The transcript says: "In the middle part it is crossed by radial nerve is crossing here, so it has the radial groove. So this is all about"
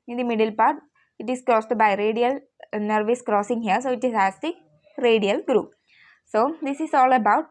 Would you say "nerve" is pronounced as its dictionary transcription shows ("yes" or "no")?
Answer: yes